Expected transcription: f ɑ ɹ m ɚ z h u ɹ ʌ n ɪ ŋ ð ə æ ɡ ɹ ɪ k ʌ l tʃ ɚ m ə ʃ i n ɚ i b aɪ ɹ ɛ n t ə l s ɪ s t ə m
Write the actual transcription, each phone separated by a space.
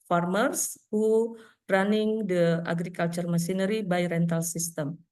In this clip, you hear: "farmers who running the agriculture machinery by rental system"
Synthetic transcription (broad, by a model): f ɑ ɹ m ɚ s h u ɹ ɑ n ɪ ŋ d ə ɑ ɡ ɹ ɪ k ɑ l tʃ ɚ m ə s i n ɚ i b aɪ ɹ ɛ n t ə l s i s t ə m